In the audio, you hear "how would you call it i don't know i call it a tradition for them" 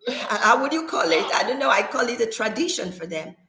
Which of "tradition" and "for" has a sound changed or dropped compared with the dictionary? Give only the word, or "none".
none